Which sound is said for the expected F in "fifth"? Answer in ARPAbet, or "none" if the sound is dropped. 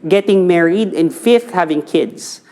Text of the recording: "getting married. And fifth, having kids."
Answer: F